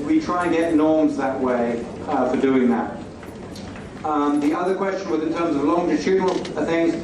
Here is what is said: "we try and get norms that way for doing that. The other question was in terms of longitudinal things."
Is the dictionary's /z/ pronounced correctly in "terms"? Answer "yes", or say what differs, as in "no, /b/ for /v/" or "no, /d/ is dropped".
yes